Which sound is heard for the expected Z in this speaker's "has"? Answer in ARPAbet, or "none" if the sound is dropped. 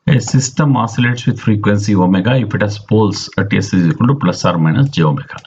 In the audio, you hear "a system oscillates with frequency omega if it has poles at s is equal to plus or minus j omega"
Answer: S